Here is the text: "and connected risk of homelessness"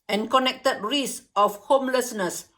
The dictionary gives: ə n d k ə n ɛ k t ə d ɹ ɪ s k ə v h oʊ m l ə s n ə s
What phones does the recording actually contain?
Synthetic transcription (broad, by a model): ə n k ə n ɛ k t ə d ɹ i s ə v h oʊ m l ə s n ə s